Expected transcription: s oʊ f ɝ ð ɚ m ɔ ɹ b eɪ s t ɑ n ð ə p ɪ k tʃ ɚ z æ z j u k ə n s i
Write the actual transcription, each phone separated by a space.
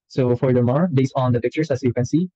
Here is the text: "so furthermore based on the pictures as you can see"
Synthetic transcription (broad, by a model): s oʊ f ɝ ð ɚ m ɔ ɹ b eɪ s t ɑ n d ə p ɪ k tʃ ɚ s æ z j u k ə n s i